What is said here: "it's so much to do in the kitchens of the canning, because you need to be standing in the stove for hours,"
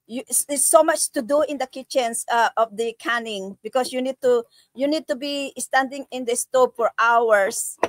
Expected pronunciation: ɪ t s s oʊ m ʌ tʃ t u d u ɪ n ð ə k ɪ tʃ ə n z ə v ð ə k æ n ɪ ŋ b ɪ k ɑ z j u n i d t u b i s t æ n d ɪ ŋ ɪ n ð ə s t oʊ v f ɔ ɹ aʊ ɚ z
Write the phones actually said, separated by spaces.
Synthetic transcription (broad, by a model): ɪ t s s oʊ m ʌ tʃ t u d u ɪ n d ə k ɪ tʃ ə n s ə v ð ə k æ n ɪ ŋ b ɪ k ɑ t j u n i d t u b i s t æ n d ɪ ŋ ɪ n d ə s t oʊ p f ɔ ɹ aʊ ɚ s